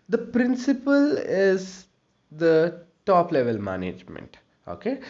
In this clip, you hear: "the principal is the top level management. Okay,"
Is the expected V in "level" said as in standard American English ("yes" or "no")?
yes